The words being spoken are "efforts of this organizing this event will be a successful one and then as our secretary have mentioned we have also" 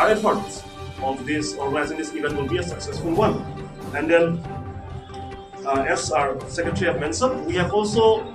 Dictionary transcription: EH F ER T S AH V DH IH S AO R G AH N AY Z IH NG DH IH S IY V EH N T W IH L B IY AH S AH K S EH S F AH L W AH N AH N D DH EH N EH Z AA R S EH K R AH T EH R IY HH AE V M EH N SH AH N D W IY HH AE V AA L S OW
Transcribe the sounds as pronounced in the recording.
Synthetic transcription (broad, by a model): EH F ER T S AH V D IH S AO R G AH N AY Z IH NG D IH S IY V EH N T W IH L B IY AH S AH K S EH S F AH L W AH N AH N D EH N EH S AA R S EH K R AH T R IY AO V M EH N S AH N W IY HH AE V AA L S OW